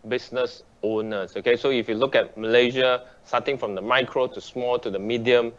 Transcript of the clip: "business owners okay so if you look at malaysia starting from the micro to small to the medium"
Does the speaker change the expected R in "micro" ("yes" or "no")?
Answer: no